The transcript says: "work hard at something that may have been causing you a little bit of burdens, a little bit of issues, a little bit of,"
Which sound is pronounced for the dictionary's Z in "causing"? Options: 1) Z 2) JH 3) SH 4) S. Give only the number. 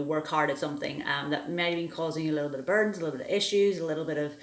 1